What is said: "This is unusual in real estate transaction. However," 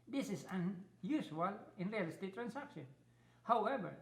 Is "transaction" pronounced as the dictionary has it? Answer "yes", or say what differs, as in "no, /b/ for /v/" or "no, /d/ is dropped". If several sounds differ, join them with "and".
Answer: no, /s/ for /z/